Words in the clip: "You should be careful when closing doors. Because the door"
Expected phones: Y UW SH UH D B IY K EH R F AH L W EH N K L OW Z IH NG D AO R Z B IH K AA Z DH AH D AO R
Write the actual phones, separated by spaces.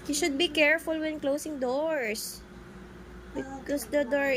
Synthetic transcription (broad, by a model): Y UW SH UH D B IY K EH R F AH L W EH N K L OW S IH NG D AO R S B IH K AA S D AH D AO R